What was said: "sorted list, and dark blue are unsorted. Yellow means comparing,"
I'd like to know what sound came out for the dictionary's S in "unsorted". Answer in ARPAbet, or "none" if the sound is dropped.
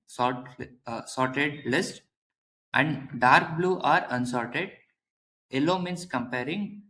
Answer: S